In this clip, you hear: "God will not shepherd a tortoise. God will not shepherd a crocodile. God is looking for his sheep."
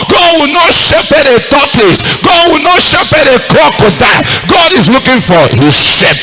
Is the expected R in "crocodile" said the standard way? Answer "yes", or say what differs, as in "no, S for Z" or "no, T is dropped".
no, R is dropped